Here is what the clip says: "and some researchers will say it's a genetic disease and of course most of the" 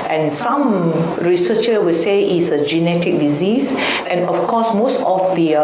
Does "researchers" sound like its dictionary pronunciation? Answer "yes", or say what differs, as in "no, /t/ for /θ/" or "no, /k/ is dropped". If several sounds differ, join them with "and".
no, /z/ is dropped